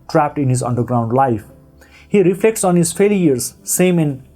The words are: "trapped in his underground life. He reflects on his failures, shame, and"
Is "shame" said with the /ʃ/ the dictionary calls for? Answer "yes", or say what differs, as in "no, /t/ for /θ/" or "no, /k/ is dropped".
no, /s/ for /ʃ/